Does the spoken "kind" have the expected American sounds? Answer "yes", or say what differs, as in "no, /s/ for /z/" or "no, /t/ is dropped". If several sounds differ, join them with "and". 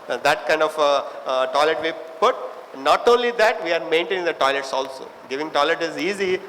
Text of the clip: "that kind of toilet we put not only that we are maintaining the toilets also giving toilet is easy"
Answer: yes